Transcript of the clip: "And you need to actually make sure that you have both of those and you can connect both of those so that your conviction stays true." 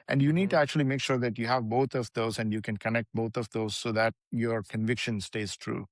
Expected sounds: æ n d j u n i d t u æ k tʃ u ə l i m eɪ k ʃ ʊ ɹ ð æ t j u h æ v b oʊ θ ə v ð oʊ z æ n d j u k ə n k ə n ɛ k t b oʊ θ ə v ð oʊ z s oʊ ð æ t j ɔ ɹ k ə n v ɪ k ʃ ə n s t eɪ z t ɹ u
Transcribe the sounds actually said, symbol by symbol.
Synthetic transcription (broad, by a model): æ n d j u n i d t u æ k tʃ u ə l i m eɪ k ʃ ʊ ɹ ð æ t j u h æ v b oʊ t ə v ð oʊ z æ n d j u k ə n k ə n ɛ k t b oʊ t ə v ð oʊ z s oʊ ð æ t j ɔ ɹ k ə n v ɪ k ʃ ə n s t eɪ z t ɹ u